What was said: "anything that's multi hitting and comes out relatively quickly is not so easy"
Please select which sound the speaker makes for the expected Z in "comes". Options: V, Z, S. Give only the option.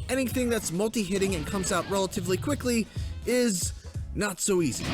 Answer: Z